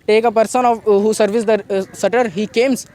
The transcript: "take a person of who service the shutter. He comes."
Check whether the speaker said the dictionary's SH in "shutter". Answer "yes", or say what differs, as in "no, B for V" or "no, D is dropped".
no, S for SH